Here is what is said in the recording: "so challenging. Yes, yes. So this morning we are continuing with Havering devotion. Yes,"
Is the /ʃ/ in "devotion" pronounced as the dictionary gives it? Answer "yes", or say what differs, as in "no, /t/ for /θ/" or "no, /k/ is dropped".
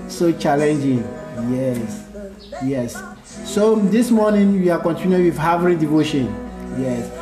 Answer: yes